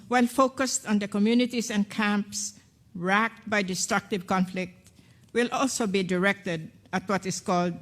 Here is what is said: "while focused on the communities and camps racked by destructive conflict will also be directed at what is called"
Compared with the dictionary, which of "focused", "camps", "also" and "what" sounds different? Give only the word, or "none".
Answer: none